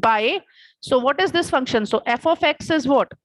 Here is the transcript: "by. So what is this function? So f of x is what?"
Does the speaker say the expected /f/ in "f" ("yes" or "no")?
yes